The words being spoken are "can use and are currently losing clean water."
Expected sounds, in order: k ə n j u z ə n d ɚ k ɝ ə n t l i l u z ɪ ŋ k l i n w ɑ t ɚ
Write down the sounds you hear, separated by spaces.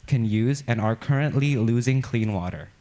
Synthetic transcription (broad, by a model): k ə n j u z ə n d ɚ k ɝ ə n t l i l u z ɪ ŋ k l i n w ɑ t ɚ